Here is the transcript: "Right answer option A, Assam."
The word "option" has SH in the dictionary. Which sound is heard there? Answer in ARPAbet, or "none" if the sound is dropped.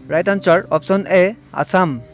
S